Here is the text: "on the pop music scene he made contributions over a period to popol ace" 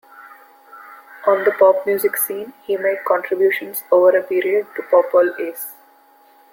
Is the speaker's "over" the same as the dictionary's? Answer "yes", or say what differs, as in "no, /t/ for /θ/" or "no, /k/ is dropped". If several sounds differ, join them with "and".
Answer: yes